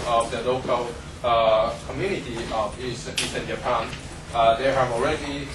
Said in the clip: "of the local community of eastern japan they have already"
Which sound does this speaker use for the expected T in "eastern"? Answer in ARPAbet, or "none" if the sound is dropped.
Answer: S